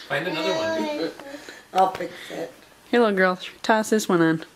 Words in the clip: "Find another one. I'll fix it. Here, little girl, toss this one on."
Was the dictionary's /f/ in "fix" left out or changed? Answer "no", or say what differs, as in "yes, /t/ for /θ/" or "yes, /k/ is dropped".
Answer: yes, /p/ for /f/